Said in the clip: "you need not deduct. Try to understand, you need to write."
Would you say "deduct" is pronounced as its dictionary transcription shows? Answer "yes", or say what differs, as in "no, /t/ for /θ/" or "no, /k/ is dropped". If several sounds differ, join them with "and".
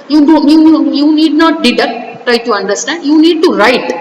no, /k/ is dropped